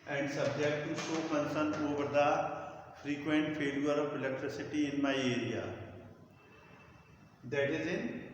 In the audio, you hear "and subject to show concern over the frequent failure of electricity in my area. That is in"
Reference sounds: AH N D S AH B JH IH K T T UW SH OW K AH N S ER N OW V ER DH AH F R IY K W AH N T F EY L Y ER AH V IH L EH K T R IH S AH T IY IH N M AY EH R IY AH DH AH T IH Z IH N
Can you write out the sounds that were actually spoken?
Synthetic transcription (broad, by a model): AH N D S AH B JH IH K T T UW S OW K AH N S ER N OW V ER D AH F R IY K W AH N T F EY L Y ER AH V IH L EH K T R IH S AH T IY IH N M AY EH R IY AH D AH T IH Z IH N